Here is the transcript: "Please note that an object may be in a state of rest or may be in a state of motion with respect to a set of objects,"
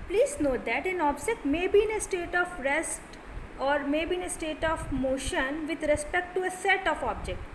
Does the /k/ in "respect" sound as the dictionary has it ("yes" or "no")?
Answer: yes